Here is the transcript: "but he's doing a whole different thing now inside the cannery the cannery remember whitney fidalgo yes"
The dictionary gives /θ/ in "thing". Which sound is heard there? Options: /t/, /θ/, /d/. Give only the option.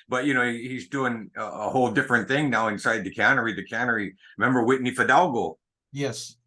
/θ/